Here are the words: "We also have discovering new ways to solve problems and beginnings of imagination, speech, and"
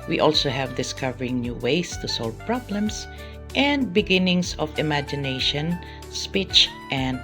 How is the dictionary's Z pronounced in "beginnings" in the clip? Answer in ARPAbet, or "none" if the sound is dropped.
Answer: S